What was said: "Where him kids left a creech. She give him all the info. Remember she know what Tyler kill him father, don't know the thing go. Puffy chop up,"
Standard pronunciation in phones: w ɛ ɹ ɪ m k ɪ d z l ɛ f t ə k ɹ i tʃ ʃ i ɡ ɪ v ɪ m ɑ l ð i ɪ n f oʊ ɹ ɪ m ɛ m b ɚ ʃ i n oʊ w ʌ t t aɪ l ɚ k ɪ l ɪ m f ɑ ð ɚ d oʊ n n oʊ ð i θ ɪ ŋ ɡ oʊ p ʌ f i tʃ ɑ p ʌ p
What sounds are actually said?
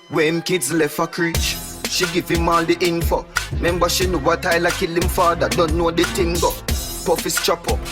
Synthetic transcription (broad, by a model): w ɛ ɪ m k ɪ d z l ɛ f ə k ɹ i tʃ ʃ i ɡ ɪ v ɪ m ɑ l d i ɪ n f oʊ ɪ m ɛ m b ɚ ʃ i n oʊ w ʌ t t aɪ l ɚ k ɪ l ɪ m f ɑ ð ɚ d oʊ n n oʊ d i t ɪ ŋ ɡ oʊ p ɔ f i tʃ ɑ p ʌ